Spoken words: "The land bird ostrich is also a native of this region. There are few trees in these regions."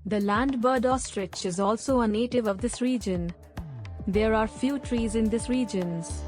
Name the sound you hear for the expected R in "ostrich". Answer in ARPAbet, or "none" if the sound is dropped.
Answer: R